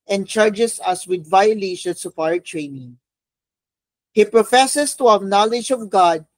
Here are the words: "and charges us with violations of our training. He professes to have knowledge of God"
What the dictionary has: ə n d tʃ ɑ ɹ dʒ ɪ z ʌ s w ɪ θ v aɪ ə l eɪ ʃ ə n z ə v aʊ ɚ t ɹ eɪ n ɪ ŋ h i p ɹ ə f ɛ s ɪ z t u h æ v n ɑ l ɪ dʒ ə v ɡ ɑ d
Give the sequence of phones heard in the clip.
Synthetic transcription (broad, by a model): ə n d tʃ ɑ ɹ dʒ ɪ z ʌ s w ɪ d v aɪ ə l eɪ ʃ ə n s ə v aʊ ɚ t ɹ eɪ n ɪ ŋ h i p ɹ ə f ɛ s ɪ s t u h æ v n ɑ l ɪ dʒ ə v ɡ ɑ d